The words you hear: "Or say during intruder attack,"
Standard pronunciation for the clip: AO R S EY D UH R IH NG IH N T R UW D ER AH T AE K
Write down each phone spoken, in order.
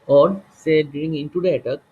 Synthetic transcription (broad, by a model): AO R S EY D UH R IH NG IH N T UW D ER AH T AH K